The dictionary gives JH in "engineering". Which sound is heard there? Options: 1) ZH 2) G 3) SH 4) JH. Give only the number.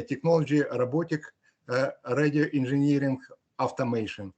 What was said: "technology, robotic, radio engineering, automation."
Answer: 1